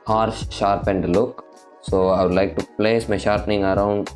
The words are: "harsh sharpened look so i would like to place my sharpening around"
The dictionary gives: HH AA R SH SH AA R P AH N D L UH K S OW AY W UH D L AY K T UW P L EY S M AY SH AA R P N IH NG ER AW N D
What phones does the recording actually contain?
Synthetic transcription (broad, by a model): HH AA R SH SH AA R P AH N D L UH K S OW AY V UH D L AY K T UW P L EY S M AY SH AA R P N IH NG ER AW N D